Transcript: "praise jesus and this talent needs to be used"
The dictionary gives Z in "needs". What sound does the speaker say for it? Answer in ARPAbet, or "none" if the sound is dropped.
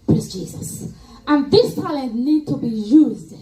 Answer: none